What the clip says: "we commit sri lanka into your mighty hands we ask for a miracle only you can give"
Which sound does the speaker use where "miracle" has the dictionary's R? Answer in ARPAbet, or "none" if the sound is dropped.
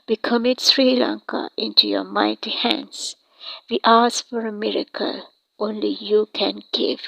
R